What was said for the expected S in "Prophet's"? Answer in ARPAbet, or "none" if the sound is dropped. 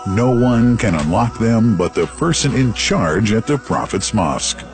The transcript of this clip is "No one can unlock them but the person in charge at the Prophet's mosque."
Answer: S